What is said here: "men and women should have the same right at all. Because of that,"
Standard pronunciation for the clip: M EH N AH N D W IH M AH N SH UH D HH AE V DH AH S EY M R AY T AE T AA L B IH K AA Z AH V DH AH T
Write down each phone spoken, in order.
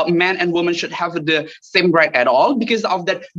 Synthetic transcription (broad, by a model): M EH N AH N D W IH M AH N SH UH D HH AE V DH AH S EY M R AY T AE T AA L B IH K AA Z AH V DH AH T